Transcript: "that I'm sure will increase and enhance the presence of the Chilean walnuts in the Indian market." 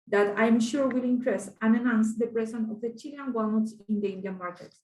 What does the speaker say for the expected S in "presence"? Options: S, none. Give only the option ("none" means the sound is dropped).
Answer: none